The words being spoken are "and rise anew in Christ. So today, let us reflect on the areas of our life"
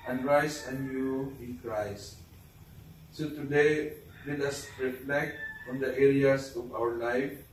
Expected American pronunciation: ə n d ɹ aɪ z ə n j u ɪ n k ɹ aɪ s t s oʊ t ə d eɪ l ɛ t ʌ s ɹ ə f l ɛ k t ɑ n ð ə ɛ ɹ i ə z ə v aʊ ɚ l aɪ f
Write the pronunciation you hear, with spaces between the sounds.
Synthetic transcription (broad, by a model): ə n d ɹ aɪ s ə n j u ɪ n k ɹ aɪ s t s oʊ t ə d eɪ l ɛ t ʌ s ɹ ə f l ɛ k t ɑ n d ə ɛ ɹ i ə s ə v aʊ ɚ l aɪ f